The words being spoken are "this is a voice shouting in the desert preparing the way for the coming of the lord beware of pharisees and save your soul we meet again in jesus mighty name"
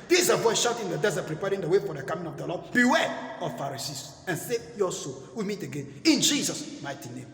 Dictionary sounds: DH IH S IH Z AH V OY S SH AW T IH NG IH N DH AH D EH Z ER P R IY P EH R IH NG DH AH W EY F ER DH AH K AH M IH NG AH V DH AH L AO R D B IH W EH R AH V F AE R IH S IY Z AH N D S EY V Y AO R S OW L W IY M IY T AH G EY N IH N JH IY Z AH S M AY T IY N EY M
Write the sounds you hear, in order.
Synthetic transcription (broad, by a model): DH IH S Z AH V OY S SH AW T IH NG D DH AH D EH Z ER P R IY P EH R IH NG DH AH W EY F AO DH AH K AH M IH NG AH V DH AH L AO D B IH W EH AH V F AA R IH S IY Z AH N S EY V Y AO S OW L W IY M IY T AH G EY N IH N JH IY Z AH S M AY T IY N EY M